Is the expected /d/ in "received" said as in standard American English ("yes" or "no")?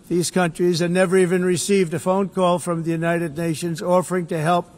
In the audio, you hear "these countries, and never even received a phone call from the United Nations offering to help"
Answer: yes